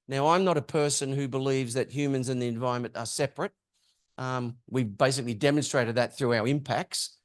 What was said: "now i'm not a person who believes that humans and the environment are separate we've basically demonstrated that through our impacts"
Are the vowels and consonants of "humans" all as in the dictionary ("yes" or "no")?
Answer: yes